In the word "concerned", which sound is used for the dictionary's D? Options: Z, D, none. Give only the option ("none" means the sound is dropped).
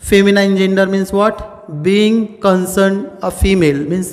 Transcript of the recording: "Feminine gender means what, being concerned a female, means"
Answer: D